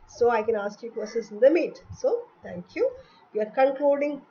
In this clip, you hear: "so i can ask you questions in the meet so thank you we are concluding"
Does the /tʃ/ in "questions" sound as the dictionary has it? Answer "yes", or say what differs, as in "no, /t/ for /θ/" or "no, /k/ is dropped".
no, /tʃ/ is dropped